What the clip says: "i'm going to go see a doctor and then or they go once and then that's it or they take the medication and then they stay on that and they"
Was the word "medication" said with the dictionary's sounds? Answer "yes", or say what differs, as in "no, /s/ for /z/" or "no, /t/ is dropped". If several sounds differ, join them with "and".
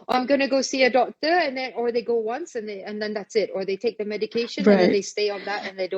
no, /ʃ/ is dropped